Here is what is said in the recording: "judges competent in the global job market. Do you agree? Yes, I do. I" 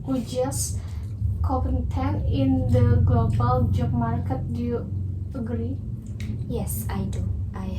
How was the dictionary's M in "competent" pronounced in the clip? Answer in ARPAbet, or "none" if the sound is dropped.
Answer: none